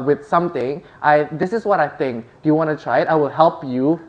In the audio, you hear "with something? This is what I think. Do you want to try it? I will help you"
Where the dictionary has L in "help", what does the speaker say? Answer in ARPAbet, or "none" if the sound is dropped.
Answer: L